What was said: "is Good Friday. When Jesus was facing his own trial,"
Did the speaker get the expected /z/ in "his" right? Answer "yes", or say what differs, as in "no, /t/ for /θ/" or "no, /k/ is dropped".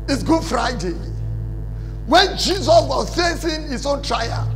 no, /s/ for /z/